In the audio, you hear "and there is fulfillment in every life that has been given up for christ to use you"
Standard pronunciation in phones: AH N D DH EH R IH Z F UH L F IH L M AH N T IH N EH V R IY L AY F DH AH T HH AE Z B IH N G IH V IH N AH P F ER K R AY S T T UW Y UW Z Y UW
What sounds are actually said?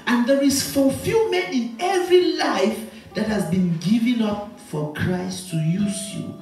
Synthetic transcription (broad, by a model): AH N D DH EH R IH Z F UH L F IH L M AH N IH N EH V R IY L AY F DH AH T HH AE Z B IH N G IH V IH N AH P F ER K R AY S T T UW Y UW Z Y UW